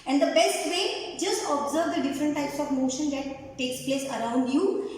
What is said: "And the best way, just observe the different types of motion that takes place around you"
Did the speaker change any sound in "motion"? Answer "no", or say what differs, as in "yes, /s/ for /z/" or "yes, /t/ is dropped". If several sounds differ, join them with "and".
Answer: no